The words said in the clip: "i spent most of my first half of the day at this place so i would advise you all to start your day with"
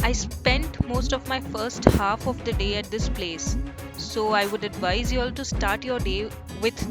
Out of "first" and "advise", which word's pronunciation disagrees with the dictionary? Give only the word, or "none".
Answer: none